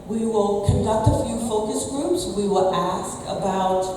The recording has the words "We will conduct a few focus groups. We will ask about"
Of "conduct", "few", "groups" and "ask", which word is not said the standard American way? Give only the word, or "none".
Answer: none